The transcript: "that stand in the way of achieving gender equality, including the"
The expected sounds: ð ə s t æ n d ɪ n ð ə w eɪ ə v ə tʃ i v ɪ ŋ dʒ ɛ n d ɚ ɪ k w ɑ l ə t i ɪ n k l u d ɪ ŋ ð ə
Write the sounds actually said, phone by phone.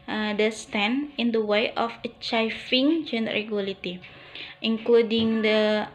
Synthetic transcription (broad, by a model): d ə s t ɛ n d ɪ n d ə w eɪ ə f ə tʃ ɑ f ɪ ŋ dʒ ɛ n d ɚ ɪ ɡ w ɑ l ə t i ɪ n k l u d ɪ ŋ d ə